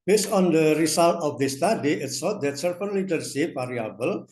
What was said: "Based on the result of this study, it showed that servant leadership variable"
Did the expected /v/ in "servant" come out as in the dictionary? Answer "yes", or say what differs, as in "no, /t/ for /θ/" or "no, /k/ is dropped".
no, /f/ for /v/